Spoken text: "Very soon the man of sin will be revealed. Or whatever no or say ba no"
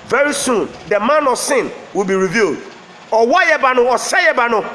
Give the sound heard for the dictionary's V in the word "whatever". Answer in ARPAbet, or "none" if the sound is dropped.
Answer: B